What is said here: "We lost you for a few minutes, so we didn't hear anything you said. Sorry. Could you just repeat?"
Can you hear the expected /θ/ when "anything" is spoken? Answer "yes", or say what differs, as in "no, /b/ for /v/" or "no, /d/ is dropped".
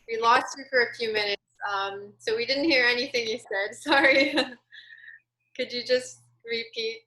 yes